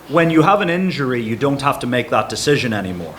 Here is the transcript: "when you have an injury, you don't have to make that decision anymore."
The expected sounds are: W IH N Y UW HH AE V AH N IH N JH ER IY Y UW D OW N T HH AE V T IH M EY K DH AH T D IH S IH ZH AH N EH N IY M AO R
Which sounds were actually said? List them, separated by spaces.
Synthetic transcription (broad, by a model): W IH N Y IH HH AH V AH N IH N JH ER IY Y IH D OW N T HH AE F T IH M EY K DH AH T D IH S IH ZH AH N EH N IY M AO R